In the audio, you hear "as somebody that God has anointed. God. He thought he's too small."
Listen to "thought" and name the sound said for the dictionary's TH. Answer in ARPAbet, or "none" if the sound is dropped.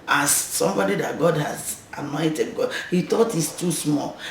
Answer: T